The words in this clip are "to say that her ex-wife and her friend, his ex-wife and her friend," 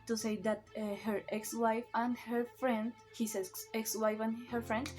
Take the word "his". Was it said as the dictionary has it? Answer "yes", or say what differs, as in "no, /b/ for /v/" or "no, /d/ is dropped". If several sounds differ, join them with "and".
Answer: no, /s/ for /z/